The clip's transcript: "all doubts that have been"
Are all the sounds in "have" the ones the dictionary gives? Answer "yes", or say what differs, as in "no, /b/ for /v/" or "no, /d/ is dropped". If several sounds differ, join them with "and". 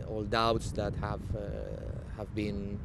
yes